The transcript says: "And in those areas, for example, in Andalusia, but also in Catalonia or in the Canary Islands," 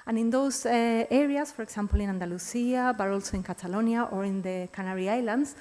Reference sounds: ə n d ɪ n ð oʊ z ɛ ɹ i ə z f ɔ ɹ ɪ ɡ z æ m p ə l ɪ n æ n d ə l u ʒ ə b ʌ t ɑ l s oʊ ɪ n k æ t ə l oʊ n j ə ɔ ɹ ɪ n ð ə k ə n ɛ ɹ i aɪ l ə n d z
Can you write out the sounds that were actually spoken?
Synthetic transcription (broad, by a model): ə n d ɪ n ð oʊ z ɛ ɹ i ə s f ɔ ɹ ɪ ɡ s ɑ m p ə l ɪ n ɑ n d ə l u s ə b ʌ t ɑ l s oʊ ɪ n k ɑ t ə l oʊ n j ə ɔ ɹ ɪ n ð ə k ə n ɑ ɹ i aɪ l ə n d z